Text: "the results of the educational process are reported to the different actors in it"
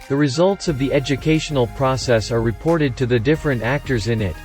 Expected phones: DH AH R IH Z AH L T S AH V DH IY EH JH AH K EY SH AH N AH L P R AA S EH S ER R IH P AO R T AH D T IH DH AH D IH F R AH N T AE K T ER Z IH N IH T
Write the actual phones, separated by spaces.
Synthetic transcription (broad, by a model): DH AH R IH Z AH L T S AH V DH IY EH JH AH K EY SH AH N L P R AA S EH S ER R IH P AO R T AH D T IH DH AH D IH F R AH N T AE K T ER Z IH N IH T